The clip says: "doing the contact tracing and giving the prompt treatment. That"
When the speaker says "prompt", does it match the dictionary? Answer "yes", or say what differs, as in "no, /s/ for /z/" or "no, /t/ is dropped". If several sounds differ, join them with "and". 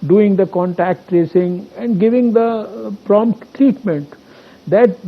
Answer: yes